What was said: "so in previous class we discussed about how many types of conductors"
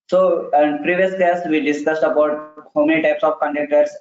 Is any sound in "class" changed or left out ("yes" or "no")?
yes